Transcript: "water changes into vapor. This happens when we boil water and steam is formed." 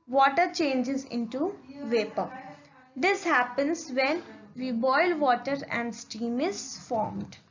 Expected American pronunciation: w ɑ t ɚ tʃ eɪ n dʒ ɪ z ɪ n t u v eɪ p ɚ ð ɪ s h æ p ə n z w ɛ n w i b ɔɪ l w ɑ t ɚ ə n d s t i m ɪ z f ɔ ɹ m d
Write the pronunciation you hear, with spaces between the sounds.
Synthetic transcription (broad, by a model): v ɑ t ɚ tʃ eɪ n dʒ ɪ z ɪ n t u v eɪ p ɚ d ɪ s h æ p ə n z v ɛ n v i b ɔɪ l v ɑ t ɚ ə n d s t i m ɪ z f ɔ ɹ m d